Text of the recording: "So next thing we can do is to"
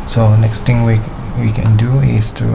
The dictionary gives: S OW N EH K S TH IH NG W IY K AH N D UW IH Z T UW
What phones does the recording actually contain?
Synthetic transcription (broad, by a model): S OW N EH K S T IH NG W IY K AH N D UW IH S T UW